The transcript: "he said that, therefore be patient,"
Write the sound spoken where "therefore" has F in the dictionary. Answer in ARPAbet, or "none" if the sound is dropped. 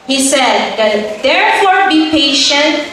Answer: F